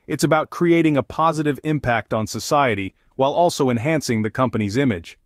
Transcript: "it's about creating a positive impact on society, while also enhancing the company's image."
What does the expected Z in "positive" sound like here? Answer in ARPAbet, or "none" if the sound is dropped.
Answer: Z